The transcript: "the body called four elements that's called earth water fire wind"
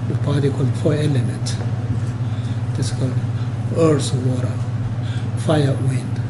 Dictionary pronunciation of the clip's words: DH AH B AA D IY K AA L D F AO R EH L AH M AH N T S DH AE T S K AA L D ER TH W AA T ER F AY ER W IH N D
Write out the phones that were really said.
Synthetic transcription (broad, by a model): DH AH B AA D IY K AA L D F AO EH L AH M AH N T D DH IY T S K AA L D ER S W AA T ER F AY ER W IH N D